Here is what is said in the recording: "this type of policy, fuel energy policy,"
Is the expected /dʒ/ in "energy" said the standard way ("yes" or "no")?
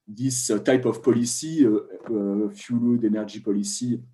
no